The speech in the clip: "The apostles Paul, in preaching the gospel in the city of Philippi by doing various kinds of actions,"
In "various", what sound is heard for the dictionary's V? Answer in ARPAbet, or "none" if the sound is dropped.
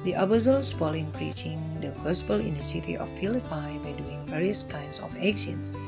V